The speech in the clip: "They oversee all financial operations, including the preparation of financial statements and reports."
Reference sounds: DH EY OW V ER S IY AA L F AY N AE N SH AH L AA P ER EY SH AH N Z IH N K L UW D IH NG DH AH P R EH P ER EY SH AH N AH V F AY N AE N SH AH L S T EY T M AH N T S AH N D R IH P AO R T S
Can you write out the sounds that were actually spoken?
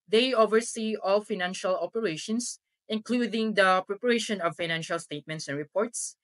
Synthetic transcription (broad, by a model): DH EY OW V ER S IY AA L F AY N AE N SH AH L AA P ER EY SH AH N S IH N K L UW D IH NG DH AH P R EH P ER EY SH AH N AH V F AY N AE N SH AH L S T EY T M AH N T S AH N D R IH P AO R T S